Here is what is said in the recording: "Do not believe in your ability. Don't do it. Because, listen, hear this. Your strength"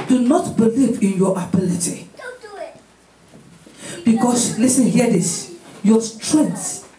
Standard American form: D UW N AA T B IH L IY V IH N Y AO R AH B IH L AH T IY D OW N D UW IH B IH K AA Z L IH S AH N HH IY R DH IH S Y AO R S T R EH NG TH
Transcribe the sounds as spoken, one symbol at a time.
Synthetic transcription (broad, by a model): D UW N AA T B IH L IY V IH N Y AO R AH B IH L AH T IY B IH K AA S L IH S AH N HH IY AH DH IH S Y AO S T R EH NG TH